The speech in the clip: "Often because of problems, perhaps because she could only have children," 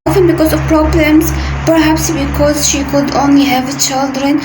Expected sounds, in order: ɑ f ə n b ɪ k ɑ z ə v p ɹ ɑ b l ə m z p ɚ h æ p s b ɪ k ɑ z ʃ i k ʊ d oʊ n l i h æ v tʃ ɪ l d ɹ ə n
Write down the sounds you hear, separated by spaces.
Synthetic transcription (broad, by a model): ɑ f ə n b ɪ k ɑ z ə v p ɹ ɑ b l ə m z p ɚ h æ p s b ɪ k ɑ z ʃ i k ʊ d oʊ n l i h æ v tʃ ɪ l d ɹ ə n